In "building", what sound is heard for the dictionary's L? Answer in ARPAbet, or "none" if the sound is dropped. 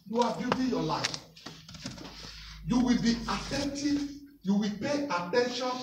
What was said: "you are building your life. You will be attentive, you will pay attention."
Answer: none